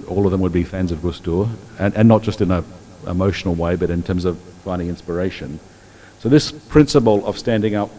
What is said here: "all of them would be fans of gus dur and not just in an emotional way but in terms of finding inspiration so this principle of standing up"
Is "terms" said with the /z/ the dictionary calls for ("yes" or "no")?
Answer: yes